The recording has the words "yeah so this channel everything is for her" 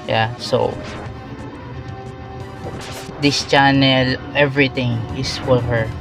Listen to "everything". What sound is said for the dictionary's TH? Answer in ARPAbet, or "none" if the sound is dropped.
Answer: T